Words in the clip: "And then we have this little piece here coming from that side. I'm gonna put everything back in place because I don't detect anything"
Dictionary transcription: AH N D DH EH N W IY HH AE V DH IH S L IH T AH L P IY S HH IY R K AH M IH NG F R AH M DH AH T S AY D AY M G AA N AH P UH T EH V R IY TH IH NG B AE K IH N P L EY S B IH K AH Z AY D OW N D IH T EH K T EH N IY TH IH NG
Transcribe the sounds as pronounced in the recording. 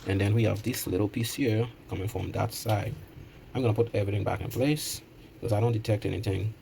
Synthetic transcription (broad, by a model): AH N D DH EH N W IY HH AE V DH IH S L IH T L P IY S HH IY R K AH M IH NG F R AH M DH AH T S AY D AY M G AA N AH P UH T EH V R IY TH IH NG B AE K IH N P L EY S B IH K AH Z AY D OW N D IH T EH K T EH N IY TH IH NG